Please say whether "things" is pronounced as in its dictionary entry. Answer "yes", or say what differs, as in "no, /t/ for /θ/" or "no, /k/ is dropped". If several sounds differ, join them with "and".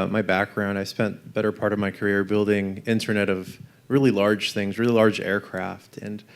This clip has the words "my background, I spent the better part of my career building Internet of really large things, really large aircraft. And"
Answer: yes